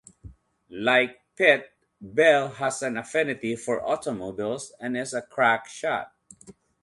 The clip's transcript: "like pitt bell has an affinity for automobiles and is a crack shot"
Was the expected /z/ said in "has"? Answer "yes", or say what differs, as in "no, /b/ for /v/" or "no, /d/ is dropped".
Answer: no, /s/ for /z/